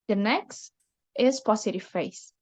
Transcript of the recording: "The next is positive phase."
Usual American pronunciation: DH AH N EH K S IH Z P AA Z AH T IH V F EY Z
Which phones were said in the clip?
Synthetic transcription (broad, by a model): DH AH N EH K S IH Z P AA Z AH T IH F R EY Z